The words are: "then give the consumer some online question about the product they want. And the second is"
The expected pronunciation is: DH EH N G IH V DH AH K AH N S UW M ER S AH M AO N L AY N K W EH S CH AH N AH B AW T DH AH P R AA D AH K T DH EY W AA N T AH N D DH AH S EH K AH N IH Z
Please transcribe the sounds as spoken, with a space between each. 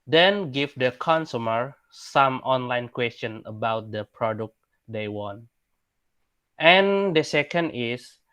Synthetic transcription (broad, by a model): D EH N G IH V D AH K AH N S UW M ER S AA M AO N L AY N K W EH S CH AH N AH B AW T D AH P R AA D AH K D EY W AA N T AH N D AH S EH K AH N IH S